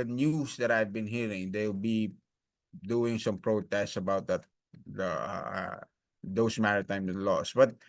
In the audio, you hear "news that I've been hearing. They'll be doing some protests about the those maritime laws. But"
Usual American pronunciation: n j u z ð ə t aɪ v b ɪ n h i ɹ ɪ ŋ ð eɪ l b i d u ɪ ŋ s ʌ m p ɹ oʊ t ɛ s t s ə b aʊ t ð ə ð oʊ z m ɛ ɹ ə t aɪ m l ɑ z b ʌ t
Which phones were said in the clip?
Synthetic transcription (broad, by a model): n j u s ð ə t aɪ v b ɪ n h i ɹ ɪ ŋ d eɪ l b i d u ɪ ŋ s ʌ m p ɹ oʊ t ɛ s t s ə b aʊ t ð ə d oʊ s m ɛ ɹ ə t aɪ m l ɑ s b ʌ t